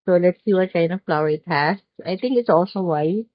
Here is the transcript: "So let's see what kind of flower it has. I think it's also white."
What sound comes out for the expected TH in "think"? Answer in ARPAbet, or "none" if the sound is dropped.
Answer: T